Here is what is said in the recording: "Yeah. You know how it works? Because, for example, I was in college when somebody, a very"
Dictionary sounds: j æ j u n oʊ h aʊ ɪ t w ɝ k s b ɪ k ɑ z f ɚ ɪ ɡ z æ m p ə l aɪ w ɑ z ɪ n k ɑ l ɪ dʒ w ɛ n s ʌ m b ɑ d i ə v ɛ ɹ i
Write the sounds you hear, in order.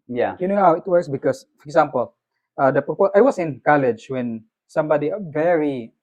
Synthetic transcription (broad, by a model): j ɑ j u n oʊ h aʊ ɪ t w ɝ s b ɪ k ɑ s f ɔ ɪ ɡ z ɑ m p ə l aɪ w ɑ s ɪ n k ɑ l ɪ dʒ w ɛ n s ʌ m b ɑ d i ə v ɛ ɹ i